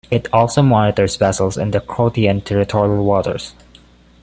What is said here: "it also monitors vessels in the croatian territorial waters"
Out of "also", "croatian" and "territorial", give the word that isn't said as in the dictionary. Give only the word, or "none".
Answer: croatian